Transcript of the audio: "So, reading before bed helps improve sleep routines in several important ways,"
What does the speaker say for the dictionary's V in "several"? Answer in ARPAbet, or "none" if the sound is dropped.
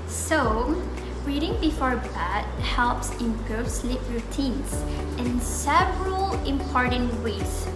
V